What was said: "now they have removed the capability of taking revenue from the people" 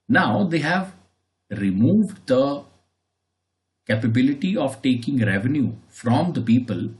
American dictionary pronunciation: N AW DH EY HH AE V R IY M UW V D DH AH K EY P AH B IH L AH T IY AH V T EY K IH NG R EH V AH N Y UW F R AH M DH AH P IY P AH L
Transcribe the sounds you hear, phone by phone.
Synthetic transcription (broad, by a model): N AW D EY HH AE V R IY M UW V D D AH K EY P AH B IH L AH T IY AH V T EY K IH NG R EH V AH N Y UW F R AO M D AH P IY P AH L